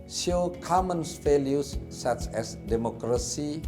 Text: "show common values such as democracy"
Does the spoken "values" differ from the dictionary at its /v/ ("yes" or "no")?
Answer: yes